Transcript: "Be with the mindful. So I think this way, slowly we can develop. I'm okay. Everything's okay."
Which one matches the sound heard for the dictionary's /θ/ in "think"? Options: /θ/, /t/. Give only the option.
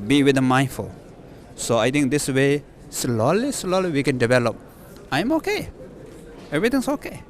/t/